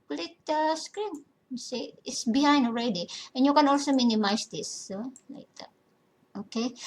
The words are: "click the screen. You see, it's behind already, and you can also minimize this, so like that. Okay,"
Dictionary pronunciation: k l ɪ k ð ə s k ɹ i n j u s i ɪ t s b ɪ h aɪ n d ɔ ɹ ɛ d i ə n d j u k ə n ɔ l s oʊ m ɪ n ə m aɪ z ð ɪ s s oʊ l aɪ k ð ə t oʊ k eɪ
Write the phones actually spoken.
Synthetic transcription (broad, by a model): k l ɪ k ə s k ɹ i n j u s i ɪ t s b ɪ h aɪ n d ɔ ɹ ɛ d i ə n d j u k ə n ɔ l s oʊ m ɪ n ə m aɪ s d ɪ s s oʊ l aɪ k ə t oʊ k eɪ